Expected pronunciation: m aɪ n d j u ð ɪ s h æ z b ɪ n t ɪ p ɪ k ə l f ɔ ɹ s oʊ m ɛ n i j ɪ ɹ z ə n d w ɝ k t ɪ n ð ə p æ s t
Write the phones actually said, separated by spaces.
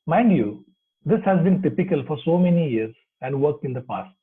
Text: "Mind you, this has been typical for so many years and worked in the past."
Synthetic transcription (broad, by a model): m aɪ n d j u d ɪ s h æ z b ɪ n t ɪ p ɪ k ə l f ɔ ɹ s oʊ m ɛ n i j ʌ ɹ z ə n d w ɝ k t ɪ n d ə p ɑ s t